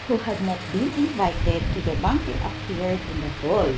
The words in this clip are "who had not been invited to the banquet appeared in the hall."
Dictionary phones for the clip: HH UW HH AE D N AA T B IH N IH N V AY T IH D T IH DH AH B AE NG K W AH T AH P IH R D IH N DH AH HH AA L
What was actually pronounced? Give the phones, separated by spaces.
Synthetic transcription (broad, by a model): HH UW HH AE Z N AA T B IH N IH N V AY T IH D T IH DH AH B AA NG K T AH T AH AH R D IH N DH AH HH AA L